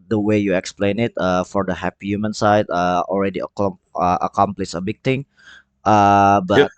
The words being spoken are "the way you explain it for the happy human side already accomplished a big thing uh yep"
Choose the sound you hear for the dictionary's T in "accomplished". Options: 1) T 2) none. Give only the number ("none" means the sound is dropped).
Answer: 2